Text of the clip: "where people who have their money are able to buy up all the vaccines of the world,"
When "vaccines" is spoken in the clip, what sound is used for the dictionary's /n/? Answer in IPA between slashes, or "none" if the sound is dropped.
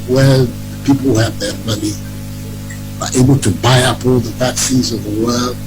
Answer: none